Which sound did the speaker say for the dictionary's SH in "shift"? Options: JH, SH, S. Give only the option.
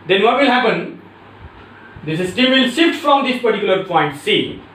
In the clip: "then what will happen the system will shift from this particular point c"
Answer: S